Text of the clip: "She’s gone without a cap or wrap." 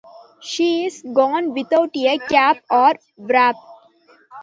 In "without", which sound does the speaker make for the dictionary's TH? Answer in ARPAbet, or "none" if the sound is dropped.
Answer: T